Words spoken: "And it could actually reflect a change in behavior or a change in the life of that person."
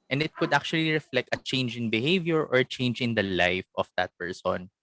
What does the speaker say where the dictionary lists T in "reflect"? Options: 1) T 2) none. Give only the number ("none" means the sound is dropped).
1